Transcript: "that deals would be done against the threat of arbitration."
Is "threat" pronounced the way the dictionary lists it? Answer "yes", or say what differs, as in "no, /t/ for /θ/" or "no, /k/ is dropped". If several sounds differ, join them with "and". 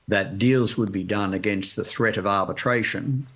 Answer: yes